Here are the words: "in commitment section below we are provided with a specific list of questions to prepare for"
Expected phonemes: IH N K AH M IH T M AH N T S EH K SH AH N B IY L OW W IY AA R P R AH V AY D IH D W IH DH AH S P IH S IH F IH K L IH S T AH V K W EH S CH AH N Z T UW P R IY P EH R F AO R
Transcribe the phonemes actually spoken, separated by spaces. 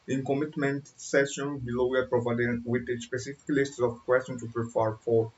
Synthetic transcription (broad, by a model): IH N K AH M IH T M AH N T S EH SH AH N B IY L OW W IY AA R P R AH V AY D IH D W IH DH AH S P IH S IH F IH K L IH S T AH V K W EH S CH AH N T UW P R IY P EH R F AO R